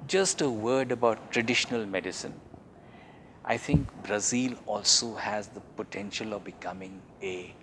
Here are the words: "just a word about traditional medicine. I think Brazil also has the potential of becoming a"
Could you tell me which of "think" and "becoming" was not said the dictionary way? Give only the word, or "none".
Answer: think